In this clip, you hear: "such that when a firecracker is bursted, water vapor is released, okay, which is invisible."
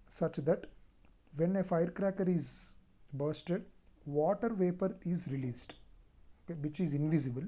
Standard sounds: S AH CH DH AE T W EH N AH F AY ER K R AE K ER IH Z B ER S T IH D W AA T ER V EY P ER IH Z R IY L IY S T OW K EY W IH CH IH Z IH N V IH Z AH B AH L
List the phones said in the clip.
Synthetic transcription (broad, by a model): S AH CH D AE T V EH N AH F AY ER K R AE K ER IH Z B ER S T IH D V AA T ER V EY P ER IH Z R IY L IY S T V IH CH IH Z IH N V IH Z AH B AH L